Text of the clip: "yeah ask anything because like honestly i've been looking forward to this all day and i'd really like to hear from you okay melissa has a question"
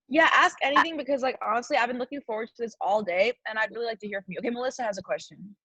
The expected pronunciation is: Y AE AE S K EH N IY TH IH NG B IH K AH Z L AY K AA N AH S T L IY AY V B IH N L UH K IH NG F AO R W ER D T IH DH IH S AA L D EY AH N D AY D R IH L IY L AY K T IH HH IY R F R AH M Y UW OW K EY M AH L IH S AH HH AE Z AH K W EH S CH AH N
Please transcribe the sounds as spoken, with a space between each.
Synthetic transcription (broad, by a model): Y AE AE S K EH N IY TH IH NG B IH K AH Z L AY K AA N AH S T L IY AY V B IH N L UH K IH NG F AO R W ER D T IH DH IH S AA L D EY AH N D AY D R IH L IY L AY K T IH HH IY R F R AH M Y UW OW K EY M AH L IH S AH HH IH Z AH K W EH S CH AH N